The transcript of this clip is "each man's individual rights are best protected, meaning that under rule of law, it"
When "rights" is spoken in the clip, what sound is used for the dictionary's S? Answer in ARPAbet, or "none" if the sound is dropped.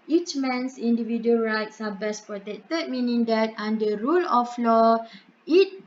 S